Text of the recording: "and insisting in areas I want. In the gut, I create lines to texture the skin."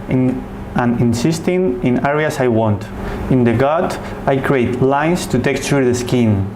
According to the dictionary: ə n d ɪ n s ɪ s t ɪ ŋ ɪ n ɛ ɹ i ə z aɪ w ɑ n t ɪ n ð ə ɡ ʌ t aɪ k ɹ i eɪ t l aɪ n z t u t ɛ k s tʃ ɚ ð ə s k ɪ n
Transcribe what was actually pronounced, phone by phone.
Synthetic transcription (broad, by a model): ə n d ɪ n s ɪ s t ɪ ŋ ɪ n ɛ ɹ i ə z aɪ w ɑ n t ɪ n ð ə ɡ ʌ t aɪ k ɹ i eɪ t l aɪ n s t u t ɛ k tʃ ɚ ð ə s k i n